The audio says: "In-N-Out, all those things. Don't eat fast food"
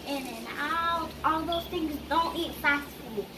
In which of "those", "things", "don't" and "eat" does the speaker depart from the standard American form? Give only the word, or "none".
none